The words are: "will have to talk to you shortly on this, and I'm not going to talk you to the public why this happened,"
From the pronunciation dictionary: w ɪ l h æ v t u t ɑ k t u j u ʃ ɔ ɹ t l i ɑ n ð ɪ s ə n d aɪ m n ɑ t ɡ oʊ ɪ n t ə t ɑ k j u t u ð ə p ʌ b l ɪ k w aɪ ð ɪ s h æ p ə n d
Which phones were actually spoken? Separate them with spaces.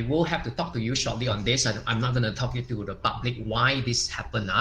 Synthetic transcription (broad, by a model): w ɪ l h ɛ f t u t ɑ k t u j u ʃ ɔ t l i ɑ n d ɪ s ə aɪ m n ɑ t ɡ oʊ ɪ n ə t ɑ k j u t u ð ə p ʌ b l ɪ k w aɪ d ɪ s h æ p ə n